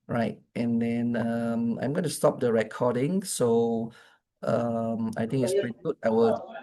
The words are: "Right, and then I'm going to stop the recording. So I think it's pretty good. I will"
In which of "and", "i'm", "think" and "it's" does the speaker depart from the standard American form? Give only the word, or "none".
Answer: think